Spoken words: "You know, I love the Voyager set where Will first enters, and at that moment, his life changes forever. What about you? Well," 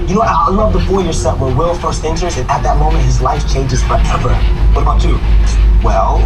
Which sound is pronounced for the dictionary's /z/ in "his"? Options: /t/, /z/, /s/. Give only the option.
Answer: /z/